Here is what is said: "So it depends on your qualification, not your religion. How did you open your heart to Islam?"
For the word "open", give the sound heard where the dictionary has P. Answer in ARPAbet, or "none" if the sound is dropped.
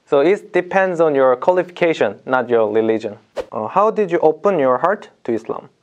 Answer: P